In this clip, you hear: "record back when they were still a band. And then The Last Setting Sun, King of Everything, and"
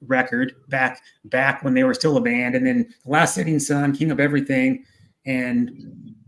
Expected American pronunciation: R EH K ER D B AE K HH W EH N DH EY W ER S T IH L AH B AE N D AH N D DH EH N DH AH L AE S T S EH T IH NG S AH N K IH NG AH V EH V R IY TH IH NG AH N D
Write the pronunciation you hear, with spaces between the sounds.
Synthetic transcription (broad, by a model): R EH K ER D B AE K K W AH N DH EY W ER S T IH L AH B AE N D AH N DH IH N DH AH L AE S T S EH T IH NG S AH N K IH NG AH P EH V R IY TH IH NG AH N